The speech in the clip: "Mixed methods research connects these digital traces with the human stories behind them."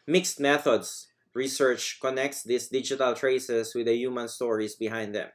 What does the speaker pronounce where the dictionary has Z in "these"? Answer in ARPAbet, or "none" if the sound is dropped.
S